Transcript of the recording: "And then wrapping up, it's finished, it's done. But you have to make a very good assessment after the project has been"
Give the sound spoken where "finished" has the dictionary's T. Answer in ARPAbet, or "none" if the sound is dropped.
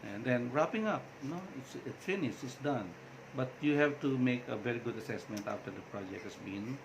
none